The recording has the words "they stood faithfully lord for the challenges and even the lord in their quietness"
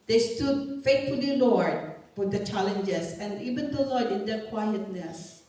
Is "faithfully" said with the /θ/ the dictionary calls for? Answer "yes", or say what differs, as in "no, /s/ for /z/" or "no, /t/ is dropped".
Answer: no, /t/ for /θ/